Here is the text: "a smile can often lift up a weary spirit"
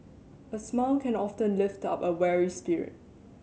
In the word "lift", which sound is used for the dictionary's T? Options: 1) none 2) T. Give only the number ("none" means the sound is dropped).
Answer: 2